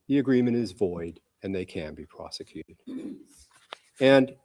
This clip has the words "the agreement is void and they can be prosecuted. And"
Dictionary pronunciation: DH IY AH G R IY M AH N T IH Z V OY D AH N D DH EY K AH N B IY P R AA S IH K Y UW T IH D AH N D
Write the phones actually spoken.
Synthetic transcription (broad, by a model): DH IY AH G R IY M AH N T IH Z V OY D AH N DH EY K AH N B IY P R AA S IH K Y UW T IH D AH N